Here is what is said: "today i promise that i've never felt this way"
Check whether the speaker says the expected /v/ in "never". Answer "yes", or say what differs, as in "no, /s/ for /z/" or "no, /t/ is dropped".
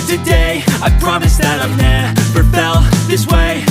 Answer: no, /p/ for /v/